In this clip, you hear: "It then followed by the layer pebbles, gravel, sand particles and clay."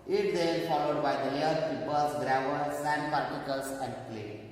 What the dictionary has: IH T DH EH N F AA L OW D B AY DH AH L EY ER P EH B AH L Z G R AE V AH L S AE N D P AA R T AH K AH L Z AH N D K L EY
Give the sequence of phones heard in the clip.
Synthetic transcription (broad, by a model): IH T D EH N F AA L OW D B AY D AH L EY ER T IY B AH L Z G R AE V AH N S AE N D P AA R T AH K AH L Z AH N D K L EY